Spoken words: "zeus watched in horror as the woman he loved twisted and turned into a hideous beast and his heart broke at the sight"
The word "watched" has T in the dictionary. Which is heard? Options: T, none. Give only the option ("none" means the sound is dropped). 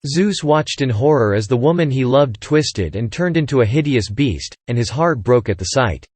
T